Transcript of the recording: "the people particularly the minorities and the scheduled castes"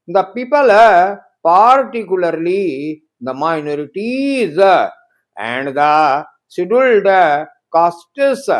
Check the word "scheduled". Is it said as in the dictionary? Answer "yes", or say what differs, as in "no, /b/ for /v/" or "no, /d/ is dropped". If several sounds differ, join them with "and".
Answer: no, /k/ is dropped